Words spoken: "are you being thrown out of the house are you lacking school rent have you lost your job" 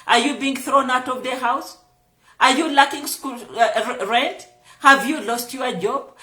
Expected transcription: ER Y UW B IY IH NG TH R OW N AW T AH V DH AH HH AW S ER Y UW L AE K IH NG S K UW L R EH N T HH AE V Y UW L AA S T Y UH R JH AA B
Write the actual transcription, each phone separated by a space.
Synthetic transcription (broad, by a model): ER Y UW B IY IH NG TH R OW N AW T AH V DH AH HH AW S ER Y UW L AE K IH NG S K UW L R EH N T HH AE V Y UW L AA S T Y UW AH JH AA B